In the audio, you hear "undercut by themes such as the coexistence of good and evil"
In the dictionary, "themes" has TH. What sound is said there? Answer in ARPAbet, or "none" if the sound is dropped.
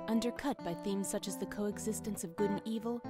TH